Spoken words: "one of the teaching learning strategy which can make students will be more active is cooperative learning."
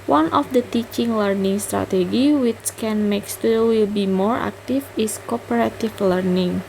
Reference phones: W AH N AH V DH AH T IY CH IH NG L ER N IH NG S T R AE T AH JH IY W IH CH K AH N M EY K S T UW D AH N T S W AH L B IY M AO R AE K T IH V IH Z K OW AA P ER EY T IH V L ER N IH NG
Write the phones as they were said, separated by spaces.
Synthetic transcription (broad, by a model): W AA N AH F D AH T IY CH IH NG L ER N IH NG S T R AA T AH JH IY W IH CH K AH N M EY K S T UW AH W AH L B IY M AO R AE K T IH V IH S K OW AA P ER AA T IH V L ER N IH NG